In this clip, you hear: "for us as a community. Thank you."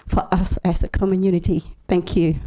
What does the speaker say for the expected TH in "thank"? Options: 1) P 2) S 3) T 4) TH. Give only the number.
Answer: 4